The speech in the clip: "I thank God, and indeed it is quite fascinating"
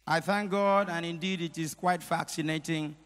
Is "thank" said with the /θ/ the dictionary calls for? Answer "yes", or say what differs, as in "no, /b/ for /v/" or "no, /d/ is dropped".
yes